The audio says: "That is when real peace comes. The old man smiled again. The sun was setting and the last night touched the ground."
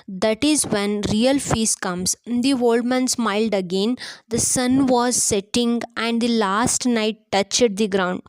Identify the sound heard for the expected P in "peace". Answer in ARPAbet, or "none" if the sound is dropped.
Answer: F